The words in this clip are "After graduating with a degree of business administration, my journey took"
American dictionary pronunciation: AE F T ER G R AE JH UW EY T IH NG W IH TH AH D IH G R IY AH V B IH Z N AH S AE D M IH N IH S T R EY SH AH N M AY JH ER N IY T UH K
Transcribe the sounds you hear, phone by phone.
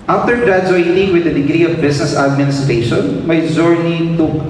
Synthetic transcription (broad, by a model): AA F T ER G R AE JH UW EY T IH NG W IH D AH D IH G R IY AH V B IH S N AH S AE D M IH N IH S T R EY SH AH N M AY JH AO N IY T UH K